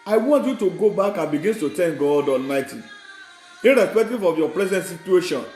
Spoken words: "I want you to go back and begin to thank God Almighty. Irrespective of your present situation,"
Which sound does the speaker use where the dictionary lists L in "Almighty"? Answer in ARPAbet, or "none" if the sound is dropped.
L